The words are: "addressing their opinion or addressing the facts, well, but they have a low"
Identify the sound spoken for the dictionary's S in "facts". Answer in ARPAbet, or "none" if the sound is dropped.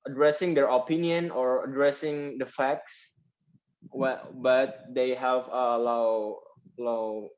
S